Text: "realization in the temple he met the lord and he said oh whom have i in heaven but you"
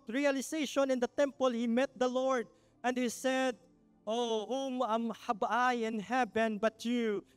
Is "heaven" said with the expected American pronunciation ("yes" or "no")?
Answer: no